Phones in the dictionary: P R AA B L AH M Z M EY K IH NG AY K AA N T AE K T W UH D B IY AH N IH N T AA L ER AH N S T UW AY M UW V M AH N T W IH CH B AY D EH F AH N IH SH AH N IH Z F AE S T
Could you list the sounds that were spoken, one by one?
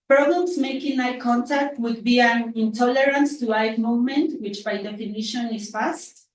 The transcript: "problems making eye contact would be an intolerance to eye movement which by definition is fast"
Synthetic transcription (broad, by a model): P R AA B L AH M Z M EY K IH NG AY K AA N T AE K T W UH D B IY AH N IH N T AA L ER AH N S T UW AY M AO M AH N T W IH CH B AY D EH F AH N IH SH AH N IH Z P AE S T